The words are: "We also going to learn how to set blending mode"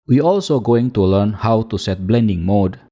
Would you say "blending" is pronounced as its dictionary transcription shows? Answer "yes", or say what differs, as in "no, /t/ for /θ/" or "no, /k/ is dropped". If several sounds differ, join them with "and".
yes